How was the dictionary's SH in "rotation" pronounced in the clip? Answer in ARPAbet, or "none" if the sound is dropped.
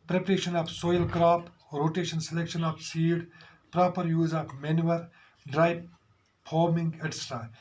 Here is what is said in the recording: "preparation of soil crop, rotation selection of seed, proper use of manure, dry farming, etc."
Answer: SH